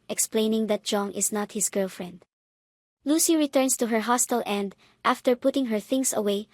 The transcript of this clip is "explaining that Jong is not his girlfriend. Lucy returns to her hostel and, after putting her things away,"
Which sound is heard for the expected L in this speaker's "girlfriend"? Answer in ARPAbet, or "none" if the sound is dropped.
L